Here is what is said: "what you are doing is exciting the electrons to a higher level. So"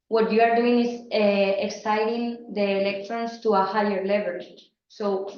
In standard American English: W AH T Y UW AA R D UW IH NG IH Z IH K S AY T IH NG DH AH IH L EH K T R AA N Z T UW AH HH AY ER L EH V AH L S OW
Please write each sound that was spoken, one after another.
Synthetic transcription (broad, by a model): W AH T Y UW AA R D UW IH NG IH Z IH K S AY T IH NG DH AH L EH K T R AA N S T UW AH HH AY ER L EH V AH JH S OW